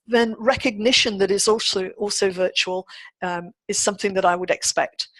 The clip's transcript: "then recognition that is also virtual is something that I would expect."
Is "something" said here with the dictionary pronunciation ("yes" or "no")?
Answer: yes